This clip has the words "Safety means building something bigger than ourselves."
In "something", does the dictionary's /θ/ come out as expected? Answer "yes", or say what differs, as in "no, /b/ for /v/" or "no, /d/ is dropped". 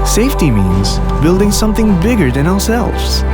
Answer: yes